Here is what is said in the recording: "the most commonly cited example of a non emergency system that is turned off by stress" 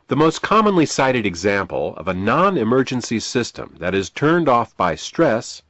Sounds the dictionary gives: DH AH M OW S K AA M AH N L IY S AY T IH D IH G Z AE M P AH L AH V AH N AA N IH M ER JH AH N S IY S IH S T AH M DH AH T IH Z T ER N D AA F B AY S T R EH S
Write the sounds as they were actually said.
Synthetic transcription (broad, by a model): DH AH M OW S K AA M AH N L IY S AY T IH D IH G Z AE M P AH L AH V AH N AA N IH M ER JH AH N S IY S IH S T AH M DH AH T IH Z T ER N D AA F B AY S T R EH S